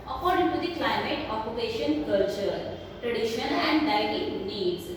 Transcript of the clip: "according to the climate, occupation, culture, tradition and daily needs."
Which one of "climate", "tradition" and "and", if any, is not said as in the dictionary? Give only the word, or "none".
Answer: tradition